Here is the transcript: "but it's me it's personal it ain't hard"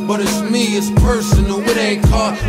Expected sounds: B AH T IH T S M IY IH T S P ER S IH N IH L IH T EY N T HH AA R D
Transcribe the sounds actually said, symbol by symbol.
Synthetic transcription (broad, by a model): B AH T IH T S M IY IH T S P ER S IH N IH W IH T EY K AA